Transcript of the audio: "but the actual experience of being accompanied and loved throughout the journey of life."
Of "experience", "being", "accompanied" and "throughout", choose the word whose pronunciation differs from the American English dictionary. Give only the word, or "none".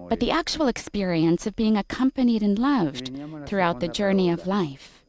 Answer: none